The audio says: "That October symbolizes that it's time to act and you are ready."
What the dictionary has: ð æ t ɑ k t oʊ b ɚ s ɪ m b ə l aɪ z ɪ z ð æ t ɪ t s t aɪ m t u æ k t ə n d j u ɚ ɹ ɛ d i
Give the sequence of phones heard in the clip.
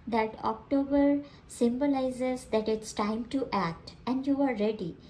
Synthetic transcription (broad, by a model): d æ t ɑ k t oʊ b ɚ s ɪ m b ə l aɪ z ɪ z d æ t ɪ t s t aɪ m t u æ k t ə n d j u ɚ ɹ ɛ d i